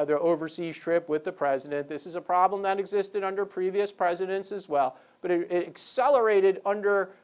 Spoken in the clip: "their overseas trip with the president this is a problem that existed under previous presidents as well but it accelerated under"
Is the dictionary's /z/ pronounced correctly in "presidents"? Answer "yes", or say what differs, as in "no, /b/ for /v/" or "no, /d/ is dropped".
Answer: yes